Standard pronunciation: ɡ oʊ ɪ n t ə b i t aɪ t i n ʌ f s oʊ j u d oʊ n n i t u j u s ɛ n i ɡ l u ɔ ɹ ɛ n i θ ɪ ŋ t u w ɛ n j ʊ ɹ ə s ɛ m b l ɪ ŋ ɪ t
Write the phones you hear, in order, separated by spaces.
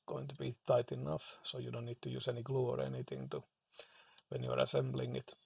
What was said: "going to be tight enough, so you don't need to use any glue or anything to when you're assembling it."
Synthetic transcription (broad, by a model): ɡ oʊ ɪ n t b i t aɪ t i n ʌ f s oʊ j u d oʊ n n i t u j u s ɛ n i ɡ l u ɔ ɹ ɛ n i t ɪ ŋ t u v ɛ n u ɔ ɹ ə s ɛ m b l ɪ ŋ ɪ t